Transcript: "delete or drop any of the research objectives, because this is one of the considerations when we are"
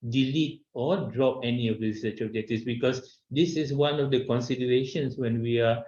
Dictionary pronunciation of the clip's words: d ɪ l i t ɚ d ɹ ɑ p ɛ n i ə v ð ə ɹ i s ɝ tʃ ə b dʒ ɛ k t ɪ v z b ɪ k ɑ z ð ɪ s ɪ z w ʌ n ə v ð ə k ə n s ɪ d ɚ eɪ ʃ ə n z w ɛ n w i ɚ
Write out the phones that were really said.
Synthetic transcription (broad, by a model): d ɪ l i t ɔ d ɹ ɑ p ɛ n i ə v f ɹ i s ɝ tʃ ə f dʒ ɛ t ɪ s b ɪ k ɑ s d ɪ s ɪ s w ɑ n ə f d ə k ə n s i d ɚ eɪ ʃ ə n s w ɛ n w i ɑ